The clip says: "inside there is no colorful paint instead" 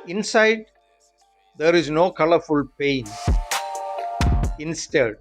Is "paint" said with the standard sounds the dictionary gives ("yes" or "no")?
no